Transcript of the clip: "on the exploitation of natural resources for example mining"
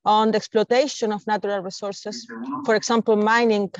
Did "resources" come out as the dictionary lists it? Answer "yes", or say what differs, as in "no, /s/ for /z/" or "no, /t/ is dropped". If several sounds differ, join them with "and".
no, /s/ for /z/